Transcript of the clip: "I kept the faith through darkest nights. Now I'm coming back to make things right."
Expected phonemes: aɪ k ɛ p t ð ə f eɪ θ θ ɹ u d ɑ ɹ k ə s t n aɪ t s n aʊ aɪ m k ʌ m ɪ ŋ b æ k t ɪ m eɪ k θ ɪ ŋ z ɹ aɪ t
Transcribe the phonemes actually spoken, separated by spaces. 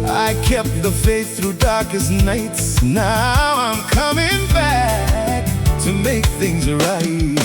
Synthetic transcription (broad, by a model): aɪ k ɛ p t ð ə f eɪ s θ ɹ u d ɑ ɹ k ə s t n aɪ t s n aʊ aɪ m k ʌ m ɪ ŋ b æ k t ɪ m eɪ k θ ɪ ŋ z ɹ aɪ t